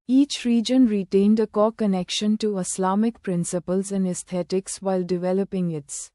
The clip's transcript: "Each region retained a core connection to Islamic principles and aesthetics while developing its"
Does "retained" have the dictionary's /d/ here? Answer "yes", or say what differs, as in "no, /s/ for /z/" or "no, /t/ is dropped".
yes